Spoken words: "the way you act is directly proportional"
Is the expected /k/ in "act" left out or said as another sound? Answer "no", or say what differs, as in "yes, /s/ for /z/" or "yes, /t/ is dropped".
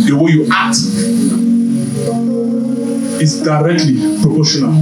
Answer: yes, /k/ is dropped